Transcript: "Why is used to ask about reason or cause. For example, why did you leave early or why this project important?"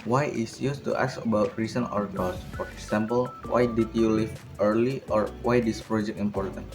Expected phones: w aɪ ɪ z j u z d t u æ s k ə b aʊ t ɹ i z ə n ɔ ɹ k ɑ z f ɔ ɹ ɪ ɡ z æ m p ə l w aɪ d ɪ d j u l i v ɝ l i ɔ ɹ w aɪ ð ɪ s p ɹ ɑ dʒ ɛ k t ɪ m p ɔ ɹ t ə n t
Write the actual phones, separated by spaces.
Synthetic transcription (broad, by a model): w aɪ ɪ s j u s t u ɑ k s ə b aʊ t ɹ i s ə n ɔ ɹ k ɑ s f ɔ ɹ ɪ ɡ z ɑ m p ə l w aɪ d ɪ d j u l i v ɝ l i ɔ ɹ w aɪ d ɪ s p ɹ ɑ dʒ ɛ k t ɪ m p ɔ ɹ t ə n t